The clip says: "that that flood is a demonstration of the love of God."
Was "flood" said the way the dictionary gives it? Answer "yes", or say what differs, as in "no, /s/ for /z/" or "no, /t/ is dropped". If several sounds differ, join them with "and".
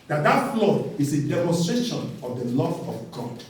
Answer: no, /d/ is dropped